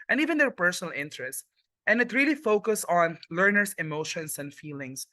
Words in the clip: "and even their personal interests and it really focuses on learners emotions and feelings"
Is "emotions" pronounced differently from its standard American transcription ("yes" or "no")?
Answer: yes